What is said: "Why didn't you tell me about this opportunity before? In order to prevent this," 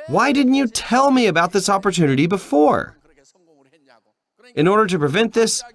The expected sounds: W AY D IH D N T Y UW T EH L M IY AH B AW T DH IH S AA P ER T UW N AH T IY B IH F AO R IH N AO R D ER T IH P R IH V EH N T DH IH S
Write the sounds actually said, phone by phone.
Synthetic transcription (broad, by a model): W AY D IH D N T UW T EH L M IY AH B AW T DH IH S AA P ER T UW N AH T IY B IH F AO R IH N AO R D ER T IH P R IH V EH N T DH IH S